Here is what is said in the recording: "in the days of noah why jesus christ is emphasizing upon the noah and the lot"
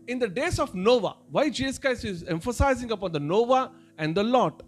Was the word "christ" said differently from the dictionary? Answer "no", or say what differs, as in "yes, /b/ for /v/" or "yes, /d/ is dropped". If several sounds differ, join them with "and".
yes, /ɹ/ is dropped and /t/ is dropped